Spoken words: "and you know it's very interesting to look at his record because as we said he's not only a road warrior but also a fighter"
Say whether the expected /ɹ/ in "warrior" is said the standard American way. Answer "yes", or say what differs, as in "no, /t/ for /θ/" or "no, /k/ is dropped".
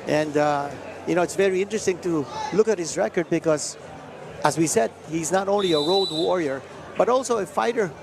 yes